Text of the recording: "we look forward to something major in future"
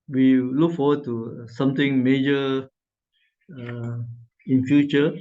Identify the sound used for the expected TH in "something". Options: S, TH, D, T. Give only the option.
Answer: T